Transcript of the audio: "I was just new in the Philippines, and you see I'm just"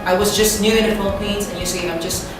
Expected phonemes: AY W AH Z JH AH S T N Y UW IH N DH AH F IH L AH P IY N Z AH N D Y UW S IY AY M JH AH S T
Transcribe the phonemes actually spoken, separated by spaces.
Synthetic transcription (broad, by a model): AY W AH Z JH AH S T N Y UW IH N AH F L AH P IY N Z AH N Y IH S IY AY M JH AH S T